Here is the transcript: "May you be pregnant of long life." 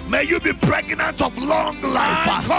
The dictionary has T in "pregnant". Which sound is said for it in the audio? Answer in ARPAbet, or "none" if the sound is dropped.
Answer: T